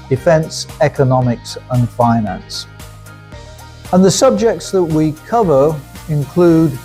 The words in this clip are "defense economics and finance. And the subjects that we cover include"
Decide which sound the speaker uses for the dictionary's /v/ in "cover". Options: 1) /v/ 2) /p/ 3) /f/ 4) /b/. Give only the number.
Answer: 1